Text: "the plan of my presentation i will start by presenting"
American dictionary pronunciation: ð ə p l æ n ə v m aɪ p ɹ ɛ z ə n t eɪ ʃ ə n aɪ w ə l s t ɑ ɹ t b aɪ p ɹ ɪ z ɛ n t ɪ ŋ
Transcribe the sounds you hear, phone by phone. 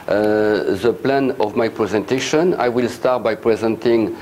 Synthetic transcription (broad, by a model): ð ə p l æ n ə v m aɪ p ɹ ɛ z ə n t eɪ ʃ ə n aɪ w ə l s t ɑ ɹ t b aɪ p ɹ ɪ z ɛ n t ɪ ŋ